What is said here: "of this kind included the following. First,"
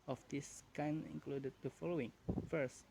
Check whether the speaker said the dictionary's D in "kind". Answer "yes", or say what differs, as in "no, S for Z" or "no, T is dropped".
no, D is dropped